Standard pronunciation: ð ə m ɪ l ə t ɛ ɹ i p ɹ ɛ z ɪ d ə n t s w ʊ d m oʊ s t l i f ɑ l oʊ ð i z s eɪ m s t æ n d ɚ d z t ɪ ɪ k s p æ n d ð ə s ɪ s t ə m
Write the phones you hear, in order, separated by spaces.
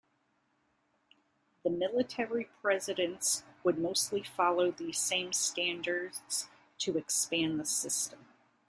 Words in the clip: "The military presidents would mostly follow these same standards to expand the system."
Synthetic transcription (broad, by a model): ð ə m ɪ l ə t ɛ ɹ i p ɹ ɛ z ɪ d ə n t s w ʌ d m oʊ s t l i f ɑ l oʊ ð i z s eɪ m s t æ n d ɚ d z t ɪ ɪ k s p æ n ð ə s ɪ s t ə m